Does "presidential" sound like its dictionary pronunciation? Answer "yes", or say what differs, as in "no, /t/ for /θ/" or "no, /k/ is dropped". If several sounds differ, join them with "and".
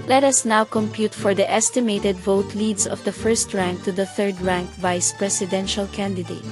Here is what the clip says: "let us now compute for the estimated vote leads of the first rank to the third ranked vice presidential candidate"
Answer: no, /s/ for /z/